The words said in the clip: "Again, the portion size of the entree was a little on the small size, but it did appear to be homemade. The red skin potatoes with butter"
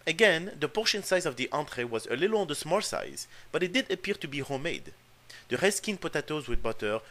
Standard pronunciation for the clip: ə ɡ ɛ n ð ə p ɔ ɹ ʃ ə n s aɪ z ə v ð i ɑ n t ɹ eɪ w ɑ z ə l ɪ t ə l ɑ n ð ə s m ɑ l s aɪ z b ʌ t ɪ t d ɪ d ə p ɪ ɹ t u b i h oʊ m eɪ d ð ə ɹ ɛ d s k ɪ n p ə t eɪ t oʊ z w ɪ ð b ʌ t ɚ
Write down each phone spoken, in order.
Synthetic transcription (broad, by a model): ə ɡ ɛ n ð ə p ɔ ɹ ʃ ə n s aɪ z ə v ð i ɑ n t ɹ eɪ w ɑ z ə l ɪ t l ɑ n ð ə s m ɑ l s aɪ z b ʌ t ɪ t d ɪ d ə p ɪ ɹ t u b i h oʊ m eɪ d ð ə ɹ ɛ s k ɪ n p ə t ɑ t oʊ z w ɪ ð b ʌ t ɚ